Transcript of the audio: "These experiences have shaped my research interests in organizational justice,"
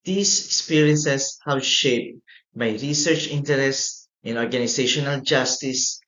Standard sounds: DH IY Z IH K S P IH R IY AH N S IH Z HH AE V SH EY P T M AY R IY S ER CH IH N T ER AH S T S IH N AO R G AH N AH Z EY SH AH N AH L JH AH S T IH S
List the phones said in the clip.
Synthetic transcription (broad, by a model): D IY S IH K S P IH R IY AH N S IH S HH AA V SH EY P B AY R IY S ER CH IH N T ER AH S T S IH N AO R G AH N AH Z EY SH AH N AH L JH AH S T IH S